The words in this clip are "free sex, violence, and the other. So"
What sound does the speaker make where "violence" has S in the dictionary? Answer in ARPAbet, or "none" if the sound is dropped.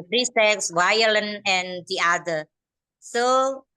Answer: none